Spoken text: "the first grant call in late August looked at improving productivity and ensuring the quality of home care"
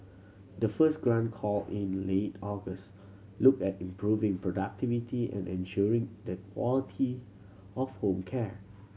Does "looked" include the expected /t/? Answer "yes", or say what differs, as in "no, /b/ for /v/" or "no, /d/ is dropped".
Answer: no, /t/ is dropped